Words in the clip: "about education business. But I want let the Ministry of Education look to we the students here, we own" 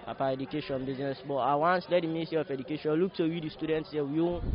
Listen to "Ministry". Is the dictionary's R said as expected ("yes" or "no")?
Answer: no